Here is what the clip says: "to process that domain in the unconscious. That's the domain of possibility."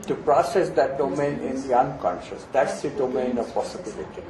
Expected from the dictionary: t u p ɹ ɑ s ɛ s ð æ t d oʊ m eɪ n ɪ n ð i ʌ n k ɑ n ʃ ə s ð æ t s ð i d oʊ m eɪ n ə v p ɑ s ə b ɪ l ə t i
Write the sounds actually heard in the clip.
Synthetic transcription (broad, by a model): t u p ɹ ɑ s ɛ s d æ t d oʊ m eɪ n ɪ n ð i ʌ n k ɑ n ʃ ə s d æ t s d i d oʊ m eɪ n ə v p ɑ s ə b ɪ l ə t i